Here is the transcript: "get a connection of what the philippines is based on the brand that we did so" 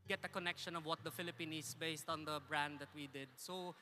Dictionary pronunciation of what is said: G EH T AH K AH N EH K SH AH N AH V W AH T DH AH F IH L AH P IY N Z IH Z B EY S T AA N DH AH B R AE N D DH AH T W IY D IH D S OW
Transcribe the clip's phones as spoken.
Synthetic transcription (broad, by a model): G EH T AH K AH N EH K SH AH N AH V W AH T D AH F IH L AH P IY N IH S B EY S T AA N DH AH B R AE N D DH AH T W IY D IH D S OW